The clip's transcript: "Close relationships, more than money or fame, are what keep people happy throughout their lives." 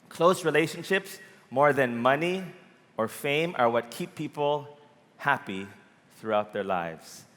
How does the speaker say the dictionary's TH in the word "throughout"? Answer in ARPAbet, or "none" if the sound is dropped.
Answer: TH